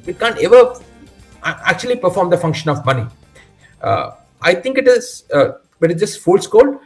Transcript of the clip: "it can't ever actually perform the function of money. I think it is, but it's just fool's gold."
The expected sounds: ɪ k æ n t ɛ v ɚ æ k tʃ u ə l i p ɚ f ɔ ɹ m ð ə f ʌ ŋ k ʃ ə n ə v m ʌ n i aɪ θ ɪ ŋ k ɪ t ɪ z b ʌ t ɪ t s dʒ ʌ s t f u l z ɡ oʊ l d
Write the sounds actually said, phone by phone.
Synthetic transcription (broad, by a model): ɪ k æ n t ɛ v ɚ æ k tʃ u ə l i p ɚ f ɔ ɹ m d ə f ʌ ŋ k ʃ ə n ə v m ʌ n i aɪ t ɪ ŋ k ɪ t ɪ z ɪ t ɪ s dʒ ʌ s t f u l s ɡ oʊ l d